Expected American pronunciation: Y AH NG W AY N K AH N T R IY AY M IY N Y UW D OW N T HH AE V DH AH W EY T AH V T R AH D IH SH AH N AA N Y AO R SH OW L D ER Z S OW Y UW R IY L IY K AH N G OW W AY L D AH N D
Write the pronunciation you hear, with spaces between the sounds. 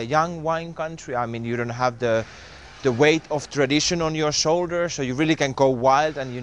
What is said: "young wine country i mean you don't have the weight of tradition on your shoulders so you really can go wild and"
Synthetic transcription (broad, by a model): Y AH NG W AY N K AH N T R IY AY M IY N Y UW D OW N T HH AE V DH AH W EY T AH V T R AH D IH SH AH N AA N Y AO R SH OW L D ER S OW Y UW R IY L IY K AH N G OW W AY L D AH N